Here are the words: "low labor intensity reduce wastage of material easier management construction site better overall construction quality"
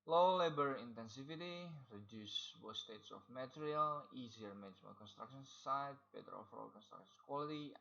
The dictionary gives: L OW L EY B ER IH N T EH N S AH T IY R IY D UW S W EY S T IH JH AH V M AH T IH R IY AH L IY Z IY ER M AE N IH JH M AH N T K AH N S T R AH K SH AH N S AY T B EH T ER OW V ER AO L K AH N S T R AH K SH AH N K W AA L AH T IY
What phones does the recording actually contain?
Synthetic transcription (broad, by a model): L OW L EY B ER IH N T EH N S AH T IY R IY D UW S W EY S T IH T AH F M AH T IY R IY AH L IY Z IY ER M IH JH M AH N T K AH N S T R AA K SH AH N S AY T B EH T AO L F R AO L K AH N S T R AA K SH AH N K W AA L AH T IY